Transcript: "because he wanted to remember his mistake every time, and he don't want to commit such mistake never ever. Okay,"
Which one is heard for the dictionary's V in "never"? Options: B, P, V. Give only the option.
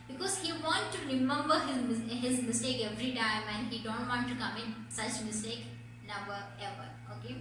B